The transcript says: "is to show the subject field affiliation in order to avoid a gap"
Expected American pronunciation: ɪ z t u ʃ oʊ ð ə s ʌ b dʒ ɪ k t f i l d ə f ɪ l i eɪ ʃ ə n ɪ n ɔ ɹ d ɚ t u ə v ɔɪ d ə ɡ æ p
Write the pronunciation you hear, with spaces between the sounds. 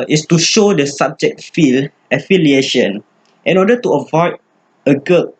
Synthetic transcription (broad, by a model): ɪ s t u ʃ oʊ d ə s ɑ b dʒ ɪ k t f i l ə f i l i eɪ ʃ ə n ɪ n ɔ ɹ d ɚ t u ə v ɔɪ d ə ɡ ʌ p